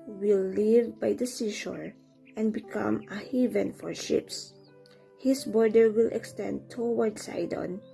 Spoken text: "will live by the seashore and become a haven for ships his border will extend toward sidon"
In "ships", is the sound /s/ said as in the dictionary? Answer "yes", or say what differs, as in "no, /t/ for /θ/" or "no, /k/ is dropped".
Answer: yes